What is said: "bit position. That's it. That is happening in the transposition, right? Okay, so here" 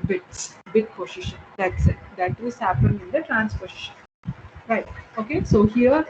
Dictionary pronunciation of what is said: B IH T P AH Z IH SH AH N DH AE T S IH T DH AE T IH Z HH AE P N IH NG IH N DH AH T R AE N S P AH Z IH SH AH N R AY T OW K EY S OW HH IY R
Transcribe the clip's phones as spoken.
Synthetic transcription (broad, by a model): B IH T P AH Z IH SH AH N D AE T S IH T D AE T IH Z HH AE P IH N IH N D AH T R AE N S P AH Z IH SH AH N R AY T OW K EY S OW HH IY R